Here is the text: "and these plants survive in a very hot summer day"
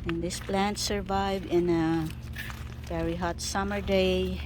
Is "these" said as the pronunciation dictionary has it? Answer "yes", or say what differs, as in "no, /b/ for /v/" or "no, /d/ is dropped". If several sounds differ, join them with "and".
no, /s/ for /z/